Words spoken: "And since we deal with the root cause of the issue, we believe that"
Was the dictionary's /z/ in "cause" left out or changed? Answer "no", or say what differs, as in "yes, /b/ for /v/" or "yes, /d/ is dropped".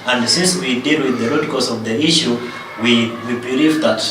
yes, /s/ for /z/